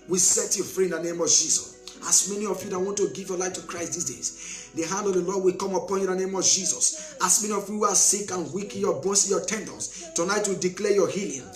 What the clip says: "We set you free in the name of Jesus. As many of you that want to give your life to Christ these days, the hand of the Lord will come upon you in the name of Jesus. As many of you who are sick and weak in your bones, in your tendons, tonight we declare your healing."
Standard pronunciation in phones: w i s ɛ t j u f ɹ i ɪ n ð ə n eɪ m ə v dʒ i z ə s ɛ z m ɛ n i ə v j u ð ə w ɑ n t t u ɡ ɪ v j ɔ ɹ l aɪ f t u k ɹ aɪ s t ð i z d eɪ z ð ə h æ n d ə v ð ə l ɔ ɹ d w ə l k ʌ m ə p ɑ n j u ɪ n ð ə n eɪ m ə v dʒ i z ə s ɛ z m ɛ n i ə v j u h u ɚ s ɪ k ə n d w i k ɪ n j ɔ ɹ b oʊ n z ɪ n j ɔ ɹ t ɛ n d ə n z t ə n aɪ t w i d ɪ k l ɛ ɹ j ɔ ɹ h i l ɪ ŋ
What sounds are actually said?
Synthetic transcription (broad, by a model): w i s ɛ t j u f ɹ i ɪ n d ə n eɪ m ə v dʒ i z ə s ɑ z m ɛ n i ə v j u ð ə w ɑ n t t u ɡ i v j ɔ l aɪ f t u k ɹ aɪ s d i s d eɪ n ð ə h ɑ n d ə v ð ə l ɔ d w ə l k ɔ m ə p ɑ n j u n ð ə n eɪ m ə v dʒ i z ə s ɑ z m ɛ n i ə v j u h u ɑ s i k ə n w i k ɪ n j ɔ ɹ b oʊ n s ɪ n j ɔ t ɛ n d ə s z t ə n aɪ t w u d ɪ k l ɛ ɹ j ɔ h i l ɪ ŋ